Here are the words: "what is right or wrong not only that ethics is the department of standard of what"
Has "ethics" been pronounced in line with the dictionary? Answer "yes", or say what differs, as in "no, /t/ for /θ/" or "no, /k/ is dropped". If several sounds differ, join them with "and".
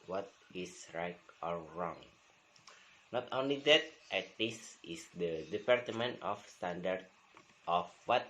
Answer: no, /k/ is dropped